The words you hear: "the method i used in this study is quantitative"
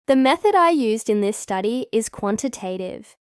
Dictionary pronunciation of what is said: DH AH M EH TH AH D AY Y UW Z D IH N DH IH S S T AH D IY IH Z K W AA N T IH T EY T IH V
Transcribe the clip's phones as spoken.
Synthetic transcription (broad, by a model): DH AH M EH TH AH D AY Y UW Z D IH N DH IH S S T AH D IY IH Z K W AA N T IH T EY T IH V